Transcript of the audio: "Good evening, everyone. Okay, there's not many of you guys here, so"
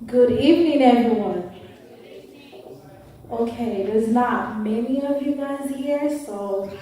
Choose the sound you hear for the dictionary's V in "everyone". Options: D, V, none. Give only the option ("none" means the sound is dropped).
V